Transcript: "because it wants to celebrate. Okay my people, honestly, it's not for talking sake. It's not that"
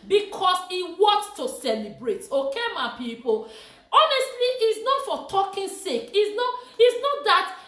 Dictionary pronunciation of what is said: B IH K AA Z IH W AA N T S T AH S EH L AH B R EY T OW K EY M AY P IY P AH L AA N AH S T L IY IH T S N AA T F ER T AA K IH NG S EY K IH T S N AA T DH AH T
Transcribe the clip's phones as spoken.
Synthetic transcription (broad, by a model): B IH K AA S IH W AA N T T AH S EH L AH B R EY T OW K EY M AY P IY P AH L AA N AH S T L IY T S N AA T F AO T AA K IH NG S EY K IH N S N AA T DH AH T